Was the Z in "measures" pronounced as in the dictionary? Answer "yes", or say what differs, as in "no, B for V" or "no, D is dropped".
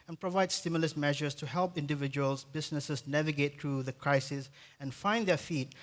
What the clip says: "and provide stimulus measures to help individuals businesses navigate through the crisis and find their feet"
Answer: no, S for Z